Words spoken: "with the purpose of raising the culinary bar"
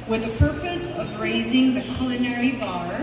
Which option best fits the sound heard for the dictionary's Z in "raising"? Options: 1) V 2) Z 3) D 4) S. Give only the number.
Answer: 2